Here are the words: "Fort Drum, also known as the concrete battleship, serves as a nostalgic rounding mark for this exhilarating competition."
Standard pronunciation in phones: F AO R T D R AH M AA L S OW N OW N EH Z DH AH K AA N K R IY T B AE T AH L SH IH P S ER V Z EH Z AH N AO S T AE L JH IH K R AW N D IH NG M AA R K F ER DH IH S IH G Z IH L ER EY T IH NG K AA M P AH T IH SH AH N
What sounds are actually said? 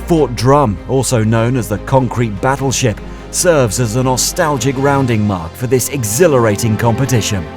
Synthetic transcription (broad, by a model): F AO R T D R AH M AA L S OW N OW N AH Z DH AH K AA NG K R IY T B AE T L SH IH P S ER V Z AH Z AH N AO S T AE L JH IH K R AW N D IH NG M AA R K F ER DH IH S IH G Z IH L ER EY T IH NG K AA M P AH T IH SH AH N